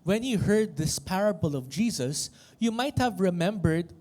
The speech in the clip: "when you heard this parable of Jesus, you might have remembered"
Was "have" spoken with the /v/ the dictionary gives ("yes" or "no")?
yes